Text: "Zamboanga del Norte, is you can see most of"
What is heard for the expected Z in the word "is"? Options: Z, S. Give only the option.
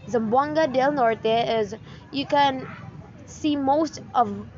Z